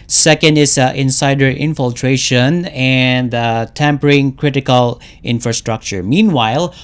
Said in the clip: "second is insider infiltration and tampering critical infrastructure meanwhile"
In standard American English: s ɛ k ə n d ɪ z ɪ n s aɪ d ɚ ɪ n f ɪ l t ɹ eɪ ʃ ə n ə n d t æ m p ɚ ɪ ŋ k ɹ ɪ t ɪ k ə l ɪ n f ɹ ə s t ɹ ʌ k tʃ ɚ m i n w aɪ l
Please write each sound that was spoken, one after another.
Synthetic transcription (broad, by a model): s ɛ k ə n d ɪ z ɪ n s aɪ d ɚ ɪ n f ɪ l t ɹ eɪ ʃ ə n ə n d t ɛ m p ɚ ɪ ŋ k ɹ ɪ t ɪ k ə l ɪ n f ɹ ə s t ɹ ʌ k tʃ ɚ m i n w aɪ l